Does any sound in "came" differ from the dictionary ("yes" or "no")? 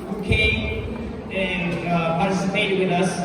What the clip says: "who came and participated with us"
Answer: yes